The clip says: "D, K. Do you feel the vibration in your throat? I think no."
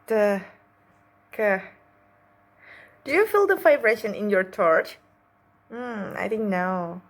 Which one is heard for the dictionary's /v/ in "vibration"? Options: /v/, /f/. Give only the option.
/f/